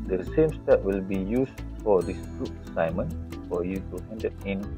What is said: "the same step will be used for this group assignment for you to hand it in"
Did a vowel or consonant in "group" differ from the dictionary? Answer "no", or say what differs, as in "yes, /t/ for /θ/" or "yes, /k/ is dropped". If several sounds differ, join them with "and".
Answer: yes, /p/ is dropped